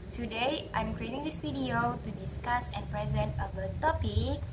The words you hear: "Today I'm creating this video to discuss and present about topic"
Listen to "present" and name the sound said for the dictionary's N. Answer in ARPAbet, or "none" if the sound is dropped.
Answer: N